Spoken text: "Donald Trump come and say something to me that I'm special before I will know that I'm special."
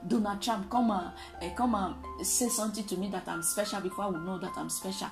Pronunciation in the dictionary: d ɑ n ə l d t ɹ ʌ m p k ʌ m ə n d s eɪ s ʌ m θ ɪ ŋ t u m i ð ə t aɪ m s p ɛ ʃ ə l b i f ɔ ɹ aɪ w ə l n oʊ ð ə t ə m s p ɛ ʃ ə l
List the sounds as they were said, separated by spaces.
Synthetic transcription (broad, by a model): d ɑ n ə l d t ɹ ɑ m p k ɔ m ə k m s eɪ s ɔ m t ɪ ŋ t u m i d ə t aɪ m s p ɛ ʃ ə l b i f ɔ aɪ w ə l n oʊ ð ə t ə m s p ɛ ʃ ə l